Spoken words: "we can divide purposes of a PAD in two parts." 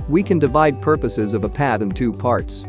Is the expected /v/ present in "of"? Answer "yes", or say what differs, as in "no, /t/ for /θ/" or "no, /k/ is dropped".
yes